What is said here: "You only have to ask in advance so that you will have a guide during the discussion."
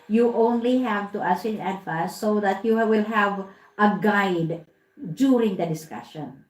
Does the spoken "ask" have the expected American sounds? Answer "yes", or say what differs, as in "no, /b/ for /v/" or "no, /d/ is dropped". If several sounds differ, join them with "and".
no, /k/ is dropped